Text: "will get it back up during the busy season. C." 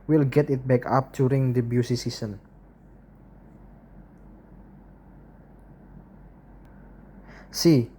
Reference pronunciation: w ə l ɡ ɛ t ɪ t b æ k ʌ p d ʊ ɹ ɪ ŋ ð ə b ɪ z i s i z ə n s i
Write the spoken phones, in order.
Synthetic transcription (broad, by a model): w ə l ɡ ɛ t ɪ t b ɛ k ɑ p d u ɹ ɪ ŋ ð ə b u s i s i s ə n s i